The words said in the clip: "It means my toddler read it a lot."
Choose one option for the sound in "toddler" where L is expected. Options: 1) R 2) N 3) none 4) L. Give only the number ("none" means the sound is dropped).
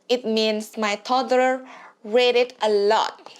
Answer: 3